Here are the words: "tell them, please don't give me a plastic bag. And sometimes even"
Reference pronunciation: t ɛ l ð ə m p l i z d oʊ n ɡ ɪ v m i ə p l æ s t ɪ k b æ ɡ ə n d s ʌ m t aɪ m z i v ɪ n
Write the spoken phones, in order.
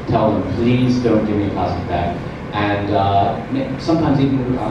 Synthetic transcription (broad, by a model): t ɛ l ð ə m p l i z d oʊ n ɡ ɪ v m i ə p æ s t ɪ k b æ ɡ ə n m s ʌ m t aɪ m z i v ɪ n